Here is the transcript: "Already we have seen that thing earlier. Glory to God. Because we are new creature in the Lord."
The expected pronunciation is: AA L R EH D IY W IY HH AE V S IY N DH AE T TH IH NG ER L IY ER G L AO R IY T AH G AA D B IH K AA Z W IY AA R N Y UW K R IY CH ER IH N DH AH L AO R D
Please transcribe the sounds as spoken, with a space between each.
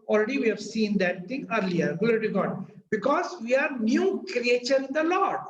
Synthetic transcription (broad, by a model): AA L R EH D IY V IY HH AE V S IY N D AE T T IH NG ER L IY ER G AO L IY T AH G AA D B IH K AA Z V IY AA R N Y UW K R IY CH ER IH N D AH L AO R D